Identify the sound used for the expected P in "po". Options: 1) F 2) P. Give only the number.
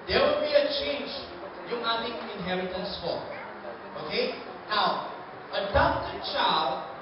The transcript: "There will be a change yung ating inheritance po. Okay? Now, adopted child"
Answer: 1